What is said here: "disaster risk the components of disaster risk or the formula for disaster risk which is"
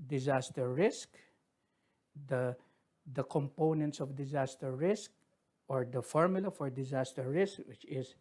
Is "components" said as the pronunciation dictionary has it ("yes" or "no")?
yes